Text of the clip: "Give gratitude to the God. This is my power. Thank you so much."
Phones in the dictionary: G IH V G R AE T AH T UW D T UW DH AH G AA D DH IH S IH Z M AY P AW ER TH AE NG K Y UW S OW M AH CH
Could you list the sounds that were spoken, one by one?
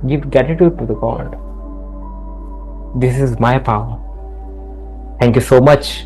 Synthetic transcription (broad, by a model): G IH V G AE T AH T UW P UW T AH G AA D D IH S IH Z M AY P AW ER T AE NG K Y UW S OW M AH CH